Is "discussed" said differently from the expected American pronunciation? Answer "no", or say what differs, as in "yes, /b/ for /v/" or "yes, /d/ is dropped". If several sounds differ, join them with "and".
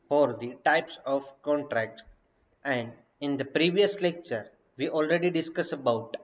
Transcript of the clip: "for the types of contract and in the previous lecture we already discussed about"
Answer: yes, /t/ is dropped